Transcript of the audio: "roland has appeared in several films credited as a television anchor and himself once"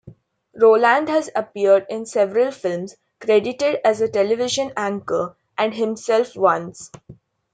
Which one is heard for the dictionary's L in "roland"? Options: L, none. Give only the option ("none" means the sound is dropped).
L